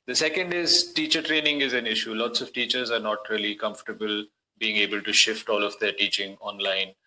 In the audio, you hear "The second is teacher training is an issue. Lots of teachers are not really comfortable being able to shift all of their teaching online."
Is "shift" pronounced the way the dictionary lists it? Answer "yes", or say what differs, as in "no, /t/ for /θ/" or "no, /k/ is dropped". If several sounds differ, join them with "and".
yes